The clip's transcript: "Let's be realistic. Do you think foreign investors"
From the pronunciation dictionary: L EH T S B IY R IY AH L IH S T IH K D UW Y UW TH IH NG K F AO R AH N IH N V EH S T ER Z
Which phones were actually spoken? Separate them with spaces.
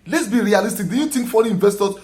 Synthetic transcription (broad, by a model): L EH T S B IY R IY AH L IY S T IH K D UW Y UW T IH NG K F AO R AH IH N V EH S T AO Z